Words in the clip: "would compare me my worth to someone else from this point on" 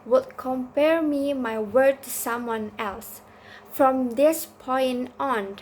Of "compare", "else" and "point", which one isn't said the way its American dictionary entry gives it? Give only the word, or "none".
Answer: point